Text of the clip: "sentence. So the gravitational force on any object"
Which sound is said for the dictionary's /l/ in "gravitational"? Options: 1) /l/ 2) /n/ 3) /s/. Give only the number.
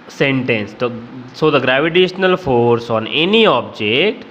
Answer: 1